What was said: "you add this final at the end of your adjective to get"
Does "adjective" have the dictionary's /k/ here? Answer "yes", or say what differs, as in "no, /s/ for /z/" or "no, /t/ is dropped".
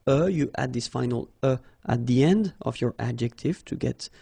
yes